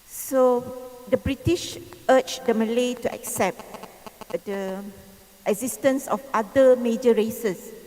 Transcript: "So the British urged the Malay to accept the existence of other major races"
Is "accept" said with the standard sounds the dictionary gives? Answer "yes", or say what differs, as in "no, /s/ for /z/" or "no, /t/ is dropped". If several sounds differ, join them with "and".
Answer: yes